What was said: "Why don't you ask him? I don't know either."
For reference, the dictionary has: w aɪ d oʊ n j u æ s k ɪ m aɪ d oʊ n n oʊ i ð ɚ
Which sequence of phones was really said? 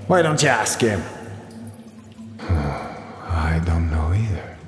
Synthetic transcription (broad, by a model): w aɪ d oʊ n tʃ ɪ æ s k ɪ m aɪ d oʊ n n oʊ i ð ɚ